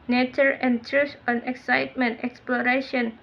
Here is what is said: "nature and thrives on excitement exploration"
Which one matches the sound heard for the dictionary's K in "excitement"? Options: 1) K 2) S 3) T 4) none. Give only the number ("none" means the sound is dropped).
1